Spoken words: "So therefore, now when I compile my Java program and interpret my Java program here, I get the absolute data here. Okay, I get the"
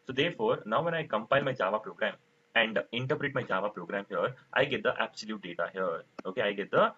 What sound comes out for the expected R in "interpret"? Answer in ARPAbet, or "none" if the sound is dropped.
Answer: R